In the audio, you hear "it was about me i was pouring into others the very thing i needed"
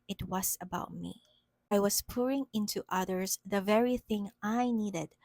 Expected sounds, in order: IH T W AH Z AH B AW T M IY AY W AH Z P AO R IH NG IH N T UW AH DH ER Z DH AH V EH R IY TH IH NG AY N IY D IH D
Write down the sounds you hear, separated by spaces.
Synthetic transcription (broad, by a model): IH T W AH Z AH B AW T M IY AY W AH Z P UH R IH NG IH N T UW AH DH ER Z DH AH V EH R IY TH IH NG AY N IY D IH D